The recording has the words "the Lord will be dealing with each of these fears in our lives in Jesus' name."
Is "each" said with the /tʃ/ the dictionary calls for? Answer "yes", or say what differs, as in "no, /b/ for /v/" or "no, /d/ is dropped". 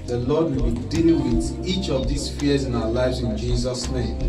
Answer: yes